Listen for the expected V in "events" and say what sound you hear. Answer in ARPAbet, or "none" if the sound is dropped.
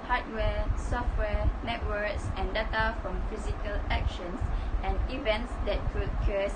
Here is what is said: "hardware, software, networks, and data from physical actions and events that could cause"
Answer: V